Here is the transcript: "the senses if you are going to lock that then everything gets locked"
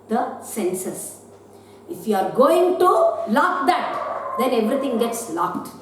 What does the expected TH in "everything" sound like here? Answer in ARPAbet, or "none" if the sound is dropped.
T